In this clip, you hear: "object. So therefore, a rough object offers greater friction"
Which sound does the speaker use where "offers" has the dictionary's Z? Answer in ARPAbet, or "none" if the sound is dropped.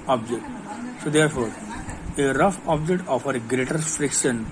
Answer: none